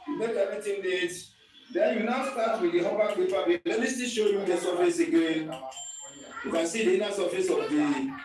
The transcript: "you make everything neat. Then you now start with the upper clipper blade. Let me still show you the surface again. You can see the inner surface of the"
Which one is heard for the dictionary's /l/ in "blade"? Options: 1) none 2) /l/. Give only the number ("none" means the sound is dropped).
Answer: 1